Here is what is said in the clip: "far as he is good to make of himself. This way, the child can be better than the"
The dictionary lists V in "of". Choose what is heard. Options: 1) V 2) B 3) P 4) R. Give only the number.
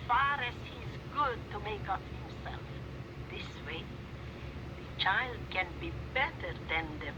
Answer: 3